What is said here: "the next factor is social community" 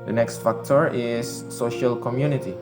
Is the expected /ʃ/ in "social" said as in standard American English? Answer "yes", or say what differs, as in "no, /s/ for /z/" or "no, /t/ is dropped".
yes